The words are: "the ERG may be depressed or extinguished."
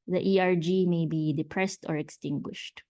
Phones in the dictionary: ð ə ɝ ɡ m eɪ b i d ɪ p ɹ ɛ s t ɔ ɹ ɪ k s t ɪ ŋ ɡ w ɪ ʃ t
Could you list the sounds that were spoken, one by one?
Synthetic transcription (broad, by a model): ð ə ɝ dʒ m eɪ b i d ɪ p ɹ ɛ s t ɔ ɹ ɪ k s t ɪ ŋ ɡ w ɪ ʃ t